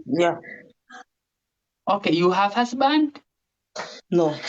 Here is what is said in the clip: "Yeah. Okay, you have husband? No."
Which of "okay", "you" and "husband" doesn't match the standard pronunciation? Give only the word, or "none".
husband